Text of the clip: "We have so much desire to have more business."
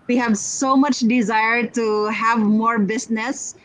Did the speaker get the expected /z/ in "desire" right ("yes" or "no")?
yes